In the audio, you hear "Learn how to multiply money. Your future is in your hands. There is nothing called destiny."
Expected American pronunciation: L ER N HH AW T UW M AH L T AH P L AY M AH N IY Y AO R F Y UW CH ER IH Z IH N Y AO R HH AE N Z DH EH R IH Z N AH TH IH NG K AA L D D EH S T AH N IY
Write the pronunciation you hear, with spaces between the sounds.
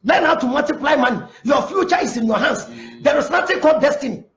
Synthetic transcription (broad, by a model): L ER N HH AW T UW M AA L T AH P L AY M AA N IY Y AO F Y UW CH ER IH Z IH N Y AO HH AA N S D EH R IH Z N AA T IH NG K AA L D D EH S T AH N IY